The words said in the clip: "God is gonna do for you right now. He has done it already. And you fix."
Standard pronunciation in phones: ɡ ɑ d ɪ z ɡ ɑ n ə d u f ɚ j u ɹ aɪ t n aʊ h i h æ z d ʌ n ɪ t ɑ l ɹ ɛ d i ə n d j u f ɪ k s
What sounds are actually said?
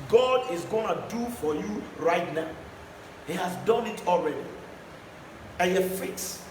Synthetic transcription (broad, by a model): ɡ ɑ d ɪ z ɡ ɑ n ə d u f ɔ j u ɹ aɪ t n aʊ h i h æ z d ʌ n ɪ t ɑ l ɹ ɛ d i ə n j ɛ f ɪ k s